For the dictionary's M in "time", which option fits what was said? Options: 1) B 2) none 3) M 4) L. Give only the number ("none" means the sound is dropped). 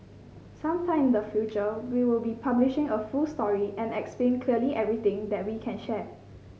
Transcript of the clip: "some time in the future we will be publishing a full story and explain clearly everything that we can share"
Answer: 2